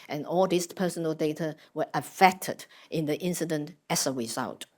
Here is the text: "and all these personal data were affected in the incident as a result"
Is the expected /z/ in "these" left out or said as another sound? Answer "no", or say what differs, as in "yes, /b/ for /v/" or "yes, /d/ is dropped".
yes, /s/ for /z/